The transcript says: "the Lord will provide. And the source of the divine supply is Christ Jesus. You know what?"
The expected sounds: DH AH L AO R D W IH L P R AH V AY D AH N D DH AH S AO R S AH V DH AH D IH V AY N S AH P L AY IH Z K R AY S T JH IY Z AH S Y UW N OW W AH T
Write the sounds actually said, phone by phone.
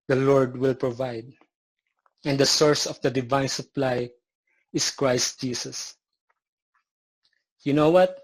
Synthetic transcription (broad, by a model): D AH L AO R D W IH L P R AH V AY D AH N D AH S AO R S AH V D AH D IH V AY N S AH P L AY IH S K R AY S T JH IY S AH S Y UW N OW W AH T